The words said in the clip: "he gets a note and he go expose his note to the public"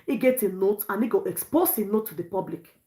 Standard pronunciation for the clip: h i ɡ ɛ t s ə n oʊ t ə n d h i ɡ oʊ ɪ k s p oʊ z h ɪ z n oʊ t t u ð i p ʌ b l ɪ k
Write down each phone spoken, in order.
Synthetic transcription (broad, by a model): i ɡ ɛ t ə n oʊ t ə n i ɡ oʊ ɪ k s p oʊ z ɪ n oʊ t t u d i p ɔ b l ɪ k